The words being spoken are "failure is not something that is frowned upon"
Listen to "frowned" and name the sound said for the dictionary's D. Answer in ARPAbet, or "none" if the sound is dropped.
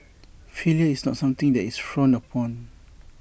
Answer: none